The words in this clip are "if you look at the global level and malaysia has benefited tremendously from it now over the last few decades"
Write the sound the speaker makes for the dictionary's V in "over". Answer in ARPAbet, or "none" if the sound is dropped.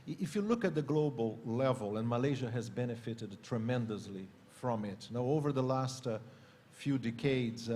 V